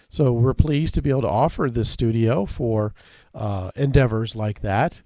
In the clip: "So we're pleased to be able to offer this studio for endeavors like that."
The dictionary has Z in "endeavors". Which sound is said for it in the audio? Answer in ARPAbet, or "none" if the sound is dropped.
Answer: Z